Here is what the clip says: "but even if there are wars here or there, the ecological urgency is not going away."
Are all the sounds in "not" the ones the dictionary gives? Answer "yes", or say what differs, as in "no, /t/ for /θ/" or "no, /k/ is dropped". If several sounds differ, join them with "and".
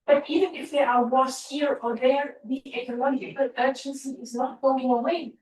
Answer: yes